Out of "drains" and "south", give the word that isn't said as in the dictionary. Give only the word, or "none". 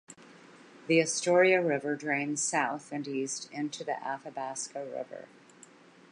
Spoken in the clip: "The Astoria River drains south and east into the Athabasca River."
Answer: none